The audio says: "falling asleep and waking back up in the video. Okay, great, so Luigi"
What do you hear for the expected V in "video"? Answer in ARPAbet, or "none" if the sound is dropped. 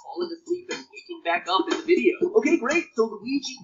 V